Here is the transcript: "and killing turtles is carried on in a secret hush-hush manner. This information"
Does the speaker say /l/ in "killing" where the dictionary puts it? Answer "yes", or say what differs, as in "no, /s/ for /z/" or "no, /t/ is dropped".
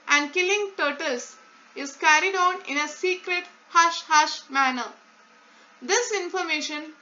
yes